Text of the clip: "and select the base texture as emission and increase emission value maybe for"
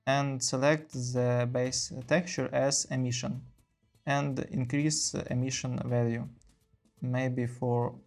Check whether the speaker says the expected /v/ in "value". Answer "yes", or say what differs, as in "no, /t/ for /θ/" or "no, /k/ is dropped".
yes